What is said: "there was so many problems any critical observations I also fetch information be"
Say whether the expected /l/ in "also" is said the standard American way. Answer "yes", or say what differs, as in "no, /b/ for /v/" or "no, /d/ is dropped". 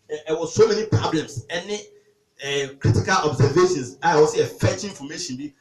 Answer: no, /l/ is dropped